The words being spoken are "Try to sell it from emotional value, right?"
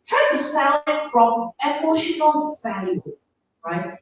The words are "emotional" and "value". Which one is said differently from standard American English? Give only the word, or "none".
none